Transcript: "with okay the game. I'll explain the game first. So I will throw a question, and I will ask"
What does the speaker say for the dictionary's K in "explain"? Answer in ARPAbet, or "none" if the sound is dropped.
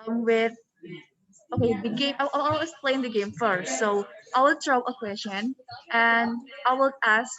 none